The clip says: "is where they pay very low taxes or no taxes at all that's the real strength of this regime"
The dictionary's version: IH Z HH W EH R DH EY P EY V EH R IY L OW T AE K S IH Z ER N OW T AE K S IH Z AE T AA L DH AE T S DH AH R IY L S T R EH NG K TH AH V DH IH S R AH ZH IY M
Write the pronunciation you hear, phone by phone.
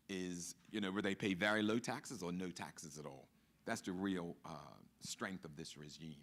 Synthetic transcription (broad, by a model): IH Z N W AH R DH EY P EY V EH R IY L OW T AE K S IH Z ER N OW T AE K S IH Z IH T AA L DH AE T S DH AH R IY L S T R EH NG K TH AH V DH IH S R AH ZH IY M